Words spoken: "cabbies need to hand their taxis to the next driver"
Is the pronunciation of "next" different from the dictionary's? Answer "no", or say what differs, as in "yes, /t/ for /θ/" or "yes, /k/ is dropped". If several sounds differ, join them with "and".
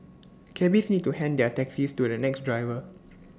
no